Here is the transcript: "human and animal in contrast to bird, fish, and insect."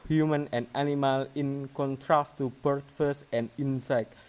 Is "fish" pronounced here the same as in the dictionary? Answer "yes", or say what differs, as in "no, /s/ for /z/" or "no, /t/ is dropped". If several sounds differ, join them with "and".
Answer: no, /s/ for /ʃ/